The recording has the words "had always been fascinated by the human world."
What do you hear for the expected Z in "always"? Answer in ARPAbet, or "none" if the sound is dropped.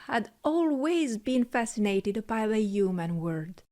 Z